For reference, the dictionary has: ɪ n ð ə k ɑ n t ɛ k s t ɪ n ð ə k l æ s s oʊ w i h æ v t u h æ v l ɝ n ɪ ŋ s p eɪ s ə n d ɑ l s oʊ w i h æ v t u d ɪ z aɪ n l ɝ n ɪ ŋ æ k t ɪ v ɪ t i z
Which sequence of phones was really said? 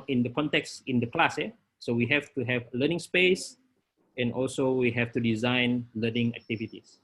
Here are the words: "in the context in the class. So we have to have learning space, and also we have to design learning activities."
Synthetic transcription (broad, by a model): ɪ n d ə k ɑ n t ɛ k s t ɪ n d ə k l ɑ s s oʊ w i h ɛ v t u h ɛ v l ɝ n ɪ ŋ s p eɪ s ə n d ɑ l s oʊ w i h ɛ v t u d ɪ z aɪ n l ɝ n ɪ ŋ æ k t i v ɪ t i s